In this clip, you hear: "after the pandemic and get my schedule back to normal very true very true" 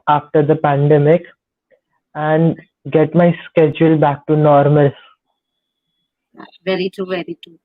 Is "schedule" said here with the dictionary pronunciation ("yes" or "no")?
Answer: yes